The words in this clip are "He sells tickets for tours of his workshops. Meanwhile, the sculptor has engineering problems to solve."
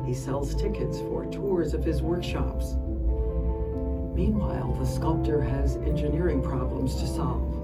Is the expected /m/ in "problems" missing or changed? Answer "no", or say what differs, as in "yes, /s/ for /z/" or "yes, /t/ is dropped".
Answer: no